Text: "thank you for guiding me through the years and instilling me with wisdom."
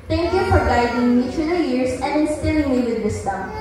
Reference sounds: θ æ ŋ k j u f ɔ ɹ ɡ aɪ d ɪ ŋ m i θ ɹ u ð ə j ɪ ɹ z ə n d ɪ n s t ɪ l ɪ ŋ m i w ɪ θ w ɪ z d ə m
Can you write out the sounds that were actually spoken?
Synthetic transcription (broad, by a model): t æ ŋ k j u f ɔ ɹ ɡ aɪ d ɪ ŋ m i t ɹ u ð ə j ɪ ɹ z ə n d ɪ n s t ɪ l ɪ ŋ m i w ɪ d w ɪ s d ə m